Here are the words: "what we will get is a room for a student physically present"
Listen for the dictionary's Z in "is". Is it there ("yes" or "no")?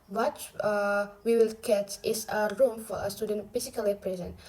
no